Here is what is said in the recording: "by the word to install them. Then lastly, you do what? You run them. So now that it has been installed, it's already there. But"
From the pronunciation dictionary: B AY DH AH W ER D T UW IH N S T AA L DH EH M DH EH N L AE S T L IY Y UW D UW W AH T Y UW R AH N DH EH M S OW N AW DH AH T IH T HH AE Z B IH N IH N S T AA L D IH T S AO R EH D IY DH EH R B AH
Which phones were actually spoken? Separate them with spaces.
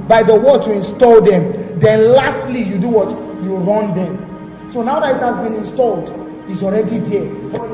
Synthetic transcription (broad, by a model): B AY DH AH W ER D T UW IH N S T AA L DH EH M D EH N L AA S T L IY Y UW D UW W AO T Y UW R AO N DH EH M S OW N AW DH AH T IH T HH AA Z B IH N IH N S T AA L D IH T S AO R EH D IY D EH